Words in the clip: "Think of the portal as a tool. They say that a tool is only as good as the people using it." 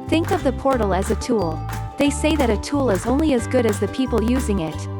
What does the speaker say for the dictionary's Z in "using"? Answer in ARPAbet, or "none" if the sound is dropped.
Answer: Z